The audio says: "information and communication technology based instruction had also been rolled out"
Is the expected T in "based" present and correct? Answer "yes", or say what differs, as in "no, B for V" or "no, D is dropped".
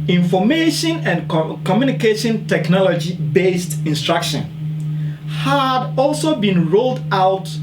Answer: yes